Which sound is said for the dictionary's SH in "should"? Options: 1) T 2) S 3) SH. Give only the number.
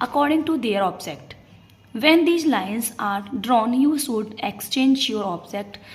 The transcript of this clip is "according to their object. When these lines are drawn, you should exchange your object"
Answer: 2